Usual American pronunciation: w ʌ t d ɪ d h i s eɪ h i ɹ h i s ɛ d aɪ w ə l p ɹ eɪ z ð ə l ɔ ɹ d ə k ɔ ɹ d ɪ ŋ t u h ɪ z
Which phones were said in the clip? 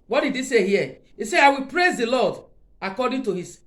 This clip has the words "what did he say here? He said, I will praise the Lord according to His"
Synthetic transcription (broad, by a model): w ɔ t d ɪ d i s eɪ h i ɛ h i s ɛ aɪ w ə l p ɹ eɪ z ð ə l ɔ d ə k ɔ d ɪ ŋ t u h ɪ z